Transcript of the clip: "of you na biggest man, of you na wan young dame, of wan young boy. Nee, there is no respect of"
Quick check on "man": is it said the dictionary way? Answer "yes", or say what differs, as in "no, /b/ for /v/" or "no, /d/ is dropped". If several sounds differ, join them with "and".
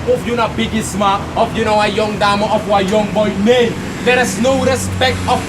no, /n/ is dropped